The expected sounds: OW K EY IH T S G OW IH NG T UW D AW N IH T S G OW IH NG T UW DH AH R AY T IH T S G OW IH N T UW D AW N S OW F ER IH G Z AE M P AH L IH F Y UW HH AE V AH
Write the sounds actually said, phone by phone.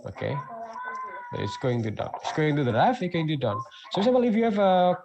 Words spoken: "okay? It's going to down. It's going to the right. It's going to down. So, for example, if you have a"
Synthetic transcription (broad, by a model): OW K EY IH T S G OW IH NG T UW D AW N IH T S G OW IH NG T UW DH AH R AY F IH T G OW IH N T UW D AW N S OW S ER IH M AH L IH F Y UW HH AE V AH